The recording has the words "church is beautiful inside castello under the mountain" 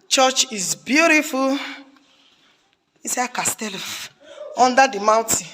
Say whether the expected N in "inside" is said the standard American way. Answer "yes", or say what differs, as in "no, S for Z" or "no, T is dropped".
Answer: no, N is dropped